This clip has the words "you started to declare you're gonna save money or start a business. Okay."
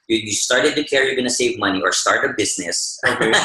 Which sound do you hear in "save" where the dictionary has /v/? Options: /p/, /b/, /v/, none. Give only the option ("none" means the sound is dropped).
/v/